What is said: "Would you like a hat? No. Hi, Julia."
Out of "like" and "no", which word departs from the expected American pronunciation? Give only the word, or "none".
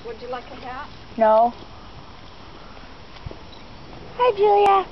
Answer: none